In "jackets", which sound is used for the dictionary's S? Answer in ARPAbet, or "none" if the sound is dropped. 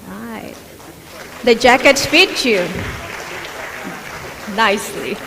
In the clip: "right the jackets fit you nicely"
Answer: S